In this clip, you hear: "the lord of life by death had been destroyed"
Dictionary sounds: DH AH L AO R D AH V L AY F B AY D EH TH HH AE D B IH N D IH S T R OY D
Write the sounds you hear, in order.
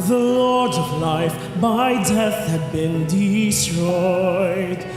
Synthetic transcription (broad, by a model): DH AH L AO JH AH V L AY F B AY D EH TH HH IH D B IH N D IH S T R OY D